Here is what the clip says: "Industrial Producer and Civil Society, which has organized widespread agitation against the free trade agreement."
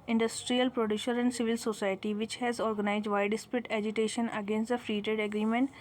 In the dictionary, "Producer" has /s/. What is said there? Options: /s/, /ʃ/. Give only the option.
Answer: /ʃ/